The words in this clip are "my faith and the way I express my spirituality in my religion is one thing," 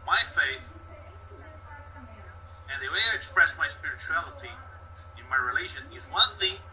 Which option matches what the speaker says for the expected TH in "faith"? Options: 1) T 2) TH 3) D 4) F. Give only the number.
2